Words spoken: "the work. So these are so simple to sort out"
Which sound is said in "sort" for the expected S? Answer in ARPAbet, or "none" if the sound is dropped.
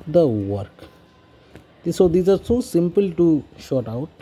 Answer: SH